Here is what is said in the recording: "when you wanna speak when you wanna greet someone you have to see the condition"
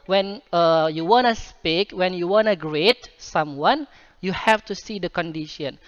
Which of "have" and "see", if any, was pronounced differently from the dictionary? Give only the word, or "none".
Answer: have